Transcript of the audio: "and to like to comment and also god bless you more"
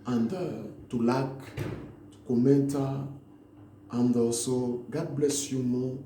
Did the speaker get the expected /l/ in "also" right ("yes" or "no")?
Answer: no